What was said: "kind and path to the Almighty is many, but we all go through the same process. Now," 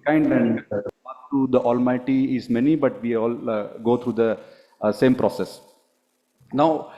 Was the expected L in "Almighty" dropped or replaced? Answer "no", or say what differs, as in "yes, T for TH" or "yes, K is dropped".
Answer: no